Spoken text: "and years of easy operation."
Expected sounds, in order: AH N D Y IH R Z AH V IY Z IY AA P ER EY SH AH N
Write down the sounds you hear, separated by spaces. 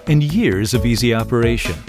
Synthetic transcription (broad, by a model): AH N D Y IH R Z AH V IY Z IY AA P ER EY SH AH N